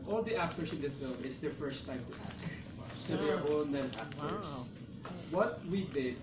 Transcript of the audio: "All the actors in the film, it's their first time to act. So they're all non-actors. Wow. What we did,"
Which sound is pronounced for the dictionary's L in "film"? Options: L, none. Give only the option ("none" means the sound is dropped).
L